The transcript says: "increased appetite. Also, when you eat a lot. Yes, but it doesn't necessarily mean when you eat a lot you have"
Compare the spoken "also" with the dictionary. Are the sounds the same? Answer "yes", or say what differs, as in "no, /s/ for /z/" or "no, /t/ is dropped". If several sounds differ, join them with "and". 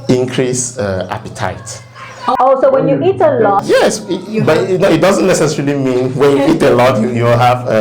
no, /l/ is dropped